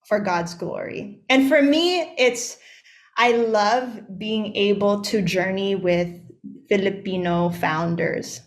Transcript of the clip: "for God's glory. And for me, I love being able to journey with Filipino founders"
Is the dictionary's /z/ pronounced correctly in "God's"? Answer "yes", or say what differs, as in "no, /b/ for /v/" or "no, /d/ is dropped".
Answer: yes